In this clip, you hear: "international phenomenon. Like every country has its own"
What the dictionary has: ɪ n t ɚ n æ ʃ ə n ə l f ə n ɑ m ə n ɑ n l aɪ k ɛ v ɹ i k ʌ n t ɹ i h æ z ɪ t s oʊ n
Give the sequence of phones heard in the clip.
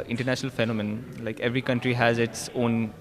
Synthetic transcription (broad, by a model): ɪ n t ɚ n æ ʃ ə n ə l f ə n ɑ m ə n n l aɪ k ɛ v ɹ i k ʌ n t ɹ i h æ z ɪ t s oʊ n